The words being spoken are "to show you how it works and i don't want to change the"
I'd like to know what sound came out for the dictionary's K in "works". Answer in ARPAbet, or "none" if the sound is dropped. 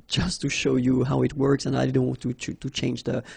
K